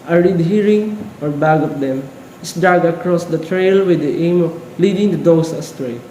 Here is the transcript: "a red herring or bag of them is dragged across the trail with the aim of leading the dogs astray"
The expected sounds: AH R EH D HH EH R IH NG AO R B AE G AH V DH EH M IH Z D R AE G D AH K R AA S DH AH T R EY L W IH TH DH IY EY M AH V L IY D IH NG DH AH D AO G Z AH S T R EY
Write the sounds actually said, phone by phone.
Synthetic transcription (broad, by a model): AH R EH D HH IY R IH NG AO R B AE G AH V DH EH M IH S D AA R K AH K R AA S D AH T R EY L W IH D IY EY M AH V L IY D IH NG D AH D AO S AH S T R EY